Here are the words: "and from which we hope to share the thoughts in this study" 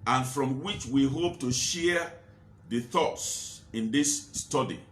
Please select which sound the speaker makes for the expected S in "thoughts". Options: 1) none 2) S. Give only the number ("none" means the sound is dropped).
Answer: 2